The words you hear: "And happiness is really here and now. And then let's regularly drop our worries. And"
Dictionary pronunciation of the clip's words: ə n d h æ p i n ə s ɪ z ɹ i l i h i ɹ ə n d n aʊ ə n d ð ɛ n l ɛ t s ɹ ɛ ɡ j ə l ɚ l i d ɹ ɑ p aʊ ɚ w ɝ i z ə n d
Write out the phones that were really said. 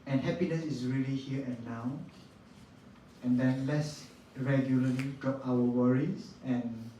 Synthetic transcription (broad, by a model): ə n h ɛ p i n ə s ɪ s ɹ i l i h i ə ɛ n aʊ ə n d ɛ n l ɛ t s ɹ ɛ ɡ j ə l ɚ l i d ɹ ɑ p aʊ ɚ w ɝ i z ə n